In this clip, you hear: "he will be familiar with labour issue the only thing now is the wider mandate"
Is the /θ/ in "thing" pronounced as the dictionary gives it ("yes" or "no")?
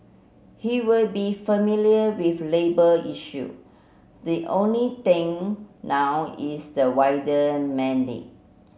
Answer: no